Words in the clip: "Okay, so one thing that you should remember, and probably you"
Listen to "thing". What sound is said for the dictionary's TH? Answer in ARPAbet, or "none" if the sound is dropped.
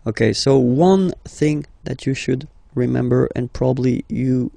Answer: TH